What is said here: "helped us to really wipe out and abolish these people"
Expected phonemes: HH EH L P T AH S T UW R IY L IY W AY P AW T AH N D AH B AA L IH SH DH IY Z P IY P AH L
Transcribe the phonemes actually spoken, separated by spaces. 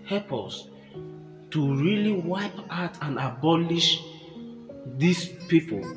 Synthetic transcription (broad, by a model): HH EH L P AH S T UW R IY L IY W AY P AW T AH N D AH B AA L IH SH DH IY S P IY P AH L